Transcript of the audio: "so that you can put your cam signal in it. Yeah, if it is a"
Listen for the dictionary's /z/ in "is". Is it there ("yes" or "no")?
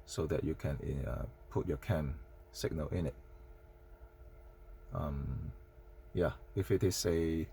no